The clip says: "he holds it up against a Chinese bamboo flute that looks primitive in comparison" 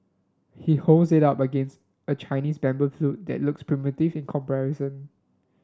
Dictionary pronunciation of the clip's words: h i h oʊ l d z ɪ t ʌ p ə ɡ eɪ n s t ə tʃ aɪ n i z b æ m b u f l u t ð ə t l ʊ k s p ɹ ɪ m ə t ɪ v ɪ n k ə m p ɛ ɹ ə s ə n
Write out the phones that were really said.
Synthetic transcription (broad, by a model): h i h oʊ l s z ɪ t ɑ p ə ɡ eɪ n s t ə tʃ aɪ n i s b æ m b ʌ f l u t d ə t l ʊ k s p ɹ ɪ m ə t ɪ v ɪ n k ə m p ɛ ɹ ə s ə n